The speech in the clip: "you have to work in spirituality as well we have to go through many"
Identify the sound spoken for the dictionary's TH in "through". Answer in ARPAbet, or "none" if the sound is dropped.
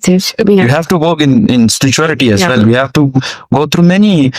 T